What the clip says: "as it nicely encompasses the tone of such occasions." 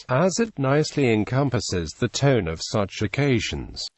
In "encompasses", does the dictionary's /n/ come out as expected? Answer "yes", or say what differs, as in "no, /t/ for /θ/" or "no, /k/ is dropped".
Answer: yes